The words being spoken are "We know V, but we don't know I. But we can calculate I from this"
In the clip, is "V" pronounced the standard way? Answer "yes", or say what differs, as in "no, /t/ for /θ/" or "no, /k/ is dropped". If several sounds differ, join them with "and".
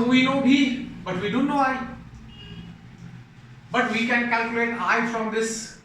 no, /b/ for /v/